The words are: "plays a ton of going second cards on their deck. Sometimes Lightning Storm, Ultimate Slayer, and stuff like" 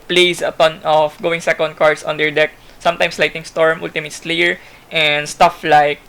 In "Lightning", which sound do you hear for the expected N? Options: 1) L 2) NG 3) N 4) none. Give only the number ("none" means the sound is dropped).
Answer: 4